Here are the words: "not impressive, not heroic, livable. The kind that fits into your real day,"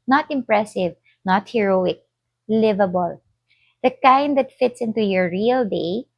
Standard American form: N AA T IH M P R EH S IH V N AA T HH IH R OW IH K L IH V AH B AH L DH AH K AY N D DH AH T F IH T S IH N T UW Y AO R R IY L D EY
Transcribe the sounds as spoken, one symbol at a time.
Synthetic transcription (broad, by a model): N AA T IH M P R EH S IH V N AA T HH IH R OW IH K L IH V AH B AH L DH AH K AY N D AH T F IH T S IH N T UW Y AO R R IY L D EY